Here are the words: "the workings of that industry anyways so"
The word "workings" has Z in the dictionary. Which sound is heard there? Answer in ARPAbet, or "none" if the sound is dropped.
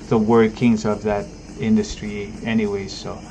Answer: Z